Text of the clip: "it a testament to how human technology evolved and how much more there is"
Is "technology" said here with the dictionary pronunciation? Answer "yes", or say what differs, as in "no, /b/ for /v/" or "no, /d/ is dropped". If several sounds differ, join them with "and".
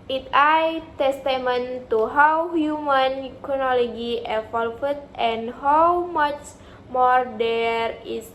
no, /k/ is dropped